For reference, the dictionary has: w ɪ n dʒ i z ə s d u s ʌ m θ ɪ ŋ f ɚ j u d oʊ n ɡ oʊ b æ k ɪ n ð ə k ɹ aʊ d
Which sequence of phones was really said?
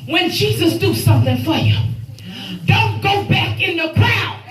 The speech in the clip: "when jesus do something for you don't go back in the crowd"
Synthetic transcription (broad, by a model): w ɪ n dʒ i z ə s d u s ʌ m θ ɪ ŋ f ɚ j u d oʊ n ɡ oʊ b æ k ɪ n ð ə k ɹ aʊ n